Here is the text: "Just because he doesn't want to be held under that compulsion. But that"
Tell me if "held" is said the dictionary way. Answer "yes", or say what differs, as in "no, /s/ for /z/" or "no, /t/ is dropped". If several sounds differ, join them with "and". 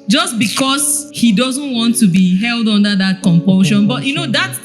yes